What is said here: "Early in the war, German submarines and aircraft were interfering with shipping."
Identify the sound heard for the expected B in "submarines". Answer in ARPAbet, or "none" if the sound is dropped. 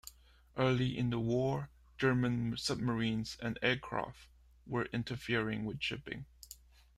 B